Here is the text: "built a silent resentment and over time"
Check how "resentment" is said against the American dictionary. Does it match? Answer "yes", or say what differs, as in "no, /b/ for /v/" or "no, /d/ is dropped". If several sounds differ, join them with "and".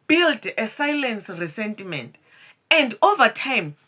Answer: no, /s/ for /z/